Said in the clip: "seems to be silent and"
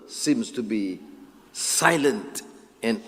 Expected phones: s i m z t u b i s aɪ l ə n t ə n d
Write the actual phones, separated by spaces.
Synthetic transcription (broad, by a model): s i m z t u b i s aɪ l ə n t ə n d